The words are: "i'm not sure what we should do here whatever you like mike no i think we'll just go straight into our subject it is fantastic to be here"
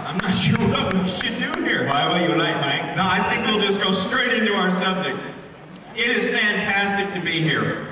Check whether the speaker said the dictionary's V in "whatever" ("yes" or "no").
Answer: no